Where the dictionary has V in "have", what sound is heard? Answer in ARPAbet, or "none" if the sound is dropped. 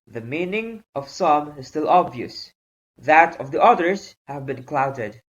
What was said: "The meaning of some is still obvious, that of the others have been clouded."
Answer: V